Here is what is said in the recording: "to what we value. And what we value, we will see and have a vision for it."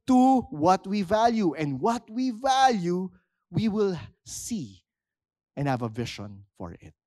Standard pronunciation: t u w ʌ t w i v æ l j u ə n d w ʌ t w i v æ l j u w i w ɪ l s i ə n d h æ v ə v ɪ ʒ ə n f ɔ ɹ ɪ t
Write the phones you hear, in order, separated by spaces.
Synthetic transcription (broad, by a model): t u w ʌ t w i v æ l j u ə n d w ʌ t w i v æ l j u w i w ɪ l s i ə n d h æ v ə v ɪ ʃ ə n f ɔ ɹ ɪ t